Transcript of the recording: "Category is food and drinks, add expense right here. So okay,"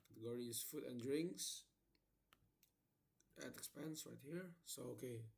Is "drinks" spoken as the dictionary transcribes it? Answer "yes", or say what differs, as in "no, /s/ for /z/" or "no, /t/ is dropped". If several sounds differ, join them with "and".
yes